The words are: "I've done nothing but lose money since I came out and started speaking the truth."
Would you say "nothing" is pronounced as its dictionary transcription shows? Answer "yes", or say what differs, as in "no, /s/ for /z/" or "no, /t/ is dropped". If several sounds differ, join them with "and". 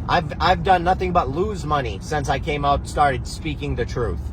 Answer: yes